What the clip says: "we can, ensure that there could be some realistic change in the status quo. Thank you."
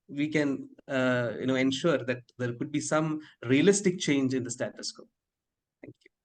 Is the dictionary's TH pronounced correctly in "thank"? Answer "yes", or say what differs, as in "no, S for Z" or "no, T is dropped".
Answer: no, T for TH